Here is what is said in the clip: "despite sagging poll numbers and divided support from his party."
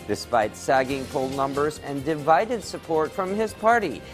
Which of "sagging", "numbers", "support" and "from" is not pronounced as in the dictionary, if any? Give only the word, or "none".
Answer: none